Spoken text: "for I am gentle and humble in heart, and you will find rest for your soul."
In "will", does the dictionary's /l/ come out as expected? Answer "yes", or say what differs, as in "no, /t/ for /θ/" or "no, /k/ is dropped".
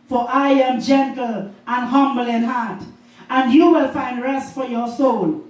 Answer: yes